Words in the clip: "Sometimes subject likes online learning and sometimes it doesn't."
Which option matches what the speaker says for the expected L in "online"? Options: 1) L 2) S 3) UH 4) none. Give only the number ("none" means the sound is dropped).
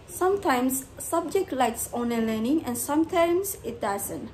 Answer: 4